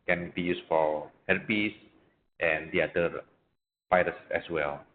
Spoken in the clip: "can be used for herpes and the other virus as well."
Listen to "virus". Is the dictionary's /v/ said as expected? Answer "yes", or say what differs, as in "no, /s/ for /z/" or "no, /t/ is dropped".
no, /p/ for /v/